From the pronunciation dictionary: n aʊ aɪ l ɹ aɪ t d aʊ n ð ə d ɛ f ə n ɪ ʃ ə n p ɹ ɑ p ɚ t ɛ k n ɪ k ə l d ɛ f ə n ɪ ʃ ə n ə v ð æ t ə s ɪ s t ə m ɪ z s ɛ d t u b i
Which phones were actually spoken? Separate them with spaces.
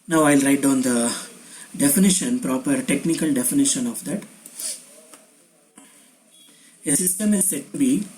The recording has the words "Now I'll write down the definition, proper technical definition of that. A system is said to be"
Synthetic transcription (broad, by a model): n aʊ aɪ l ɹ aɪ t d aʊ n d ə d ɛ f ə n ɪ ʃ ə n p ɹ ɑ p ɚ t ɛ k n ɪ k ə l d ɛ f ə n ɪ ʃ ə n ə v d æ t ə s ɪ s t ə m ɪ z s ɛ d t u b i